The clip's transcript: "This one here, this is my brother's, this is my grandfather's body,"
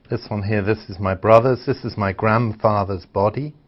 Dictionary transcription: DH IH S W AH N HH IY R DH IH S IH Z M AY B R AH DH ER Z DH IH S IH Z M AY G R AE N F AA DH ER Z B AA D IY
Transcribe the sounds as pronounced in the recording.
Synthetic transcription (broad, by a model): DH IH S N HH IY R DH IH S IH Z M AY B R AH DH ER Z DH IH S IH Z M AY G R AE N F AA DH ER Z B AA D IY